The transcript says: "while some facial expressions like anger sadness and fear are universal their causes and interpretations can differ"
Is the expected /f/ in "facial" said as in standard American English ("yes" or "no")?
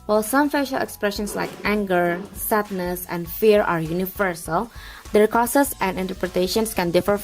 yes